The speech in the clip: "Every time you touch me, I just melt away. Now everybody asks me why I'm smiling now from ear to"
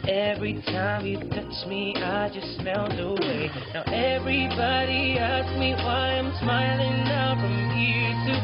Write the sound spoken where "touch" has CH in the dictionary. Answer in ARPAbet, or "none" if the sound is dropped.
CH